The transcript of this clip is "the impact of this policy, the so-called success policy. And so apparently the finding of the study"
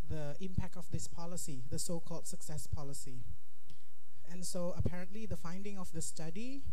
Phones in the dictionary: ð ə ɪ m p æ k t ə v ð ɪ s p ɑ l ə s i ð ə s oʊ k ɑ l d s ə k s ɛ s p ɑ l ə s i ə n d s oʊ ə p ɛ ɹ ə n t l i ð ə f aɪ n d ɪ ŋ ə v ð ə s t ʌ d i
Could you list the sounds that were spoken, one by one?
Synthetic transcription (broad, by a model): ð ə ɪ m p æ k t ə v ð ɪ s p ɑ l ə s i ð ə s oʊ k ɑ l d s ə k s ɛ s p ɑ l ə s i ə n s oʊ ə p ɛ ɹ ə n t l i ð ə f aɪ n d ɪ ŋ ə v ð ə s t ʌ d i